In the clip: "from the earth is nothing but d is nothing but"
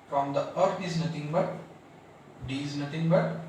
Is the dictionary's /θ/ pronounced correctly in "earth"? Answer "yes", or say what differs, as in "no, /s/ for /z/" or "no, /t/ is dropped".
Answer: no, /t/ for /θ/